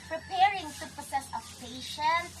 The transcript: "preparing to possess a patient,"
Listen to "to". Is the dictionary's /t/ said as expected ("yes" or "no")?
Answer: no